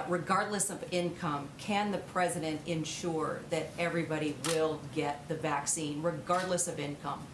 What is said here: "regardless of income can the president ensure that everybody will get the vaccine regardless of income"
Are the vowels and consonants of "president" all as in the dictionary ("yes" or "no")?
yes